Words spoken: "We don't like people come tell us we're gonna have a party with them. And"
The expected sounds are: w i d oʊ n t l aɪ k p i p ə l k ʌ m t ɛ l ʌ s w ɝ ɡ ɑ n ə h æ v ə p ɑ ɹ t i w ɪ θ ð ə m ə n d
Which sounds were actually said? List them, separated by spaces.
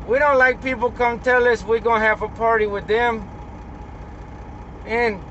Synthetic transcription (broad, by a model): w i d oʊ n t l aɪ k p i p l k ʌ m t ɛ l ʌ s w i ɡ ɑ ə h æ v ə p ɑ ɹ t i w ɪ ð ə m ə n